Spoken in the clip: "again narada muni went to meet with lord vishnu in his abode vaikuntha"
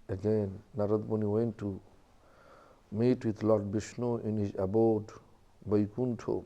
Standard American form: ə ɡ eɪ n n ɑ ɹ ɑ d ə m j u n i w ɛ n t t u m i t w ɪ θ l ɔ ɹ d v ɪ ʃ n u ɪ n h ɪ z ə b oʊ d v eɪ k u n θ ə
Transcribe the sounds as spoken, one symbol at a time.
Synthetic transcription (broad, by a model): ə ɡ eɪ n n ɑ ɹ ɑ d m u n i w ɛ n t t u m i t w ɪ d l ɔ ɹ d b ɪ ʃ n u ɪ n h ɪ z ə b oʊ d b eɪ k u n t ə